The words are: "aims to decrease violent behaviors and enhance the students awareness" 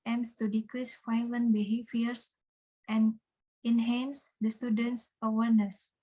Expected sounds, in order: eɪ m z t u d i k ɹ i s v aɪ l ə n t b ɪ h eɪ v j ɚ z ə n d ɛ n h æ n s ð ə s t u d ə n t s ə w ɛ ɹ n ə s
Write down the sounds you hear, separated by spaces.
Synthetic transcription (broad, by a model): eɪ m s t u d i k ɹ i s f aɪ l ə n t b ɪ h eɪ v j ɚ s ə n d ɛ n h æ n s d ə s t u d ə n t s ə w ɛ ɹ n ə s